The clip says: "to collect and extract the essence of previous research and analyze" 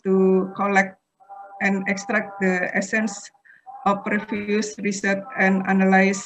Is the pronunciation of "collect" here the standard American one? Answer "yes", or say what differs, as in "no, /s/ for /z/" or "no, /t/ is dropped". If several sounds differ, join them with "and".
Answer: yes